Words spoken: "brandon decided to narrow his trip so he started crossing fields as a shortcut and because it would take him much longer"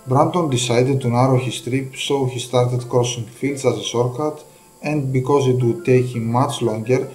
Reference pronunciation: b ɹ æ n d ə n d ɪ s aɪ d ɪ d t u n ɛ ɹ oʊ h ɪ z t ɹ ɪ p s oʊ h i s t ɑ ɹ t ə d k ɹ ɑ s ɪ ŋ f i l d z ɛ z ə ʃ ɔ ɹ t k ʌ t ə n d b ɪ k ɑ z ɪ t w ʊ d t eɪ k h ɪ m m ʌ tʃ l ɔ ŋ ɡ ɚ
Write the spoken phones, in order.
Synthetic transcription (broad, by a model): b ɹ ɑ n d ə n d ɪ s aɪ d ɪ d t u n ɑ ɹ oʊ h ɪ s t ɹ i p s oʊ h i s t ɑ ɹ t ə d k ɹ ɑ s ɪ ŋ f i l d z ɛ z ə s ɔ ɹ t k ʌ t ə n d b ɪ k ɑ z ɪ t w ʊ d t eɪ k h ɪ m m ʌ tʃ l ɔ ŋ ɡ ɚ